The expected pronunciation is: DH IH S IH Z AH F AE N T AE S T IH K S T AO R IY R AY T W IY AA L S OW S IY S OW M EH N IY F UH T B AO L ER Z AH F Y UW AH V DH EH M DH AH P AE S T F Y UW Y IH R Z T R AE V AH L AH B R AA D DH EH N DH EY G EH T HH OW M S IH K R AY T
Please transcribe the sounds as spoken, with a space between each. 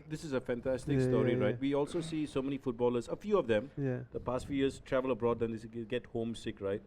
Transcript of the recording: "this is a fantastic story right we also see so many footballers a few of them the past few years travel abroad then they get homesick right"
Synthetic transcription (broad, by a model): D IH S IH Z AH F AE N T AE S T IH K S T AO R IY R AY T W IY AA L S OW S IY S OW M EH N IY F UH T B AO L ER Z AH F Y UW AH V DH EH M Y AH P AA S T F Y UW Y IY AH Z T R AE V AH L AH B R AA D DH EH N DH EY G EH T HH OW M S IH K R AY T